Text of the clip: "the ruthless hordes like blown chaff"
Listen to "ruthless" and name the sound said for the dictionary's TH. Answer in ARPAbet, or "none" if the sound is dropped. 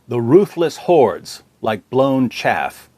TH